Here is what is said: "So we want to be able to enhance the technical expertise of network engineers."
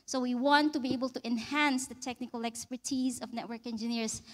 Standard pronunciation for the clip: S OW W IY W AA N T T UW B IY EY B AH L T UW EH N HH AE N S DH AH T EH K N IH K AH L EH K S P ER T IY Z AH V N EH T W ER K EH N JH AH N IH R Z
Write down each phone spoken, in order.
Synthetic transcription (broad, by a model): S OW W IY W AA N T T UW B IY EY B AH L T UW EH N HH AE N S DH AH T EH K N IH K AH L EH K S P ER T IY Z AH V N EH T W ER K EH N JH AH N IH R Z